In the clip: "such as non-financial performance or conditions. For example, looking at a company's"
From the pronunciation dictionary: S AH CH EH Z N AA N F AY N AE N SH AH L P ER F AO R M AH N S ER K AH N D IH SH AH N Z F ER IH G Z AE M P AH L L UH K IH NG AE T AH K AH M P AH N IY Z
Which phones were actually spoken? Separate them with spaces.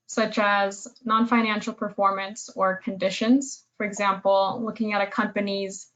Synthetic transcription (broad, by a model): S AH CH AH Z N AA N F AY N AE N SH L P ER F AO R M AH N S ER K AH N D IH SH AH N Z F ER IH G Z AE M P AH L L UH K IH NG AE T AH K AH M P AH N IY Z